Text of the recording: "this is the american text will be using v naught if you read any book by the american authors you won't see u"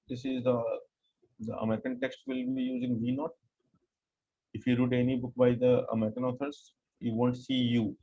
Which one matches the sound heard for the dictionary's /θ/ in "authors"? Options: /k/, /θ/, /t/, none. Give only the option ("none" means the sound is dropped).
/t/